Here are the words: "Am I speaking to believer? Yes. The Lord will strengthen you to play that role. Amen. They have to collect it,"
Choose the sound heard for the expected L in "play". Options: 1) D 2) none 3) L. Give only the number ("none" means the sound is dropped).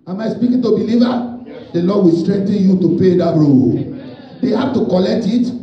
2